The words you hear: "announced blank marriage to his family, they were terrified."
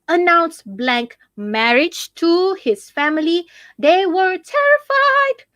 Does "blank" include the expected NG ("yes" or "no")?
yes